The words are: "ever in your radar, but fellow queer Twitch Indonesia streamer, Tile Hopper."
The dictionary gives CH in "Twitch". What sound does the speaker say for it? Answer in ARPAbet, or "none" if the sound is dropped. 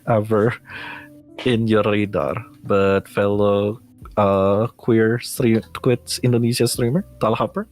S